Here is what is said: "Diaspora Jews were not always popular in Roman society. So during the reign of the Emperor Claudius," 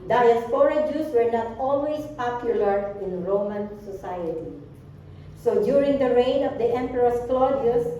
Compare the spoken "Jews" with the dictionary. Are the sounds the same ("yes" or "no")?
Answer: no